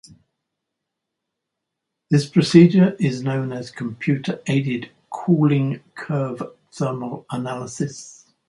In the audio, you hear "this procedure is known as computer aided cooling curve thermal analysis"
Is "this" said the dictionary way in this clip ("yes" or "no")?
yes